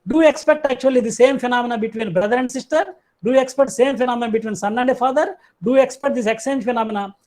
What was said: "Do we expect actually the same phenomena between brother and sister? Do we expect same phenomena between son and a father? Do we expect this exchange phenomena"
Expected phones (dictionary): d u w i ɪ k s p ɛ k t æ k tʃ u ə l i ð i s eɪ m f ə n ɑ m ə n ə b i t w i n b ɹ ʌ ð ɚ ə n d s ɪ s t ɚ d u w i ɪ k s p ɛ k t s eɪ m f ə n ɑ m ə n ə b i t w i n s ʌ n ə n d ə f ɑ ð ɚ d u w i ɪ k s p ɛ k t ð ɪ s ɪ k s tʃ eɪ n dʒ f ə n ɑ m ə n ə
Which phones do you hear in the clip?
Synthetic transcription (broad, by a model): d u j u ɪ k s p ɛ k t æ k tʃ u ə l i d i s eɪ m f ə n ɑ m ə n ə b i t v i n b ɹ ʌ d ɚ ə n d s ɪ s t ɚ d u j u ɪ k s p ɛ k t s eɪ m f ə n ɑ m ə n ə b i t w i n s ʌ n ə n d ə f ɑ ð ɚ d u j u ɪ k s p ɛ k t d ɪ s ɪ k s eɪ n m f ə n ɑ m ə n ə